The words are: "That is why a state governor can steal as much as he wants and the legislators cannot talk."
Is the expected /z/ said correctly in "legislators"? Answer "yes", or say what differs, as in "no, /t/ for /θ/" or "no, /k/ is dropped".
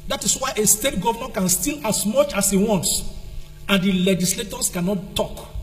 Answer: no, /s/ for /z/